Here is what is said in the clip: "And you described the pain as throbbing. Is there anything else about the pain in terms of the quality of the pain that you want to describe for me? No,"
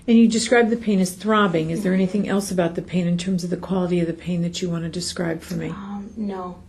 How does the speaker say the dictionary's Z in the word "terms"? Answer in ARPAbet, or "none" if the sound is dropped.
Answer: Z